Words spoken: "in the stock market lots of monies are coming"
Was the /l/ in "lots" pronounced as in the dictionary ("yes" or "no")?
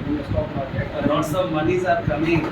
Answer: no